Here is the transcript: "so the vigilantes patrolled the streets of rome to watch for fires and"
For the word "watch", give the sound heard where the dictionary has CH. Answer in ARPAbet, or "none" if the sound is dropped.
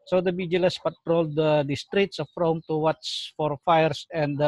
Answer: S